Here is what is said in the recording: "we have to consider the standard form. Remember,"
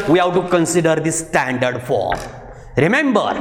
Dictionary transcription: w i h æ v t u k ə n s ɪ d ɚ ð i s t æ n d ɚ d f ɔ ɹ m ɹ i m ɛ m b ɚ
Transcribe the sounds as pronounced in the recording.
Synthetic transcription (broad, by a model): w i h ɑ w t u k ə n s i d ɚ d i s t æ n d ɚ d f ɔ ɹ m ɹ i m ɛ m b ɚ